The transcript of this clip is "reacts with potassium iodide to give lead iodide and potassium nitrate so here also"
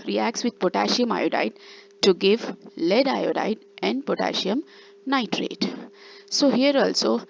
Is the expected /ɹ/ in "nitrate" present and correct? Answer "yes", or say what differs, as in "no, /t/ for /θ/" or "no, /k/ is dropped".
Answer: yes